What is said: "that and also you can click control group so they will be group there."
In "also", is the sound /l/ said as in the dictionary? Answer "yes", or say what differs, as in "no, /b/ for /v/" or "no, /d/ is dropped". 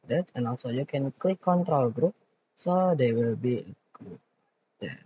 yes